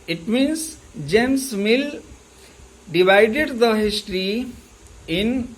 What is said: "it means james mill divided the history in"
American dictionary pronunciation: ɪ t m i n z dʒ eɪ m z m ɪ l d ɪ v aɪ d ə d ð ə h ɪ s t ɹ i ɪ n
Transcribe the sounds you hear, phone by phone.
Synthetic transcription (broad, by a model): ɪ t m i n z dʒ eɪ m s m ɪ l d ɪ v aɪ d ə d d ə h ɪ s t ɹ i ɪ n